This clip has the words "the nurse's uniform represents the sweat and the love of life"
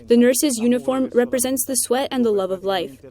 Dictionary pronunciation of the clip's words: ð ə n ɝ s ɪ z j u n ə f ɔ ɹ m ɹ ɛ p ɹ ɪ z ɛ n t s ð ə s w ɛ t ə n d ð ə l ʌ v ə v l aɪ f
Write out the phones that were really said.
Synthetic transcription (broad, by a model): ð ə n ɝ s ɪ z j u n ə f ɔ ɹ m ɹ ɛ p ɹ ɪ z ɛ n t s ð ə s w ɛ t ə n ð ə l ʌ v ə v l aɪ f